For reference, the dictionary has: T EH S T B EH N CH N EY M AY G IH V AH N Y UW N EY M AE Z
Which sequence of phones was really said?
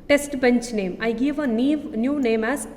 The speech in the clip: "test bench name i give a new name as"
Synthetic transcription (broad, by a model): T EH S T B EH N CH N EY M AY G IH V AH N Y UW N EY M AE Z